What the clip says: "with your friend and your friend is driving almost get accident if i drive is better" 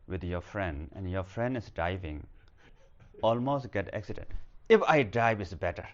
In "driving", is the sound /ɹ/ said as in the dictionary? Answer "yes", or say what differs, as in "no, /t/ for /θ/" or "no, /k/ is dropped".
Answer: no, /ɹ/ is dropped